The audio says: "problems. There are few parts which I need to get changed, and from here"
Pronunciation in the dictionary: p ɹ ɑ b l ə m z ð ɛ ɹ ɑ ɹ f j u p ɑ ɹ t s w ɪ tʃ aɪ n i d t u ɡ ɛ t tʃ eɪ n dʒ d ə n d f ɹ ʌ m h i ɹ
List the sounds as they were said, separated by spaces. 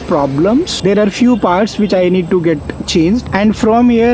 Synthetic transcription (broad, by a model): p ɹ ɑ b l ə m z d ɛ ɹ ɑ ɹ f j u p ɑ ɹ t s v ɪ tʃ aɪ n i d t u ɡ ɛ t tʃ eɪ n dʒ d ə n d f ɹ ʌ m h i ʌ